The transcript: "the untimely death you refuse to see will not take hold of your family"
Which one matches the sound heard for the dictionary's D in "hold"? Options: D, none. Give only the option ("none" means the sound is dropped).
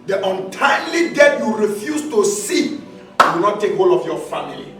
none